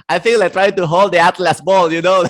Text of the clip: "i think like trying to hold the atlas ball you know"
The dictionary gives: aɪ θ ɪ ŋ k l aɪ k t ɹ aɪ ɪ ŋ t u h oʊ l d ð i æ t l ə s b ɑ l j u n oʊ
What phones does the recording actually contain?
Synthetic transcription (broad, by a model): aɪ f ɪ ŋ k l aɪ t ɹ aɪ ɪ ŋ t u h oʊ l d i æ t l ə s b ɑ l j u n oʊ